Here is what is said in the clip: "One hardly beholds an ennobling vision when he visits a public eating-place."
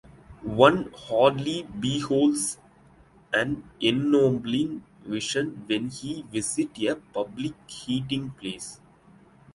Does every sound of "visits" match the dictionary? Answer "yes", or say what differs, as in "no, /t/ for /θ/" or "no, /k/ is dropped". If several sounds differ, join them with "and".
no, /s/ is dropped